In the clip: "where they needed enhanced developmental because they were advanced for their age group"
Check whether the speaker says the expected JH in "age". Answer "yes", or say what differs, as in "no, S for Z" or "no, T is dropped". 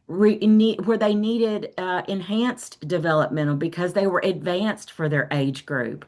yes